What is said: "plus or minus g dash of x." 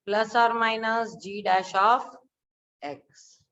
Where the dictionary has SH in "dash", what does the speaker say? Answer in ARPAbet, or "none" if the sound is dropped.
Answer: SH